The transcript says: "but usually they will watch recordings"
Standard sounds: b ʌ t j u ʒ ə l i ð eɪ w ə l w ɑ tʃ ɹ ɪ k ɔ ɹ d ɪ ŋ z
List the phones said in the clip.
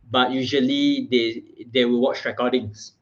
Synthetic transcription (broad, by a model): b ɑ t j u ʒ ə l i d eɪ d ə w w ɑ tʃ ɹ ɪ k ɔ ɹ d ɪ ŋ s